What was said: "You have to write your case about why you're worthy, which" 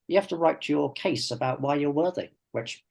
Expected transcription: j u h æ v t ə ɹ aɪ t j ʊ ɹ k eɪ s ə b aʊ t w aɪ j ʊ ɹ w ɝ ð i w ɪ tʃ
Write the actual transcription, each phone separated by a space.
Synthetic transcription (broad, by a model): j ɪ h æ f t ə ɹ aɪ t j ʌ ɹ k eɪ s ə b aʊ t w aɪ j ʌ ɹ w ɝ ð i w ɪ tʃ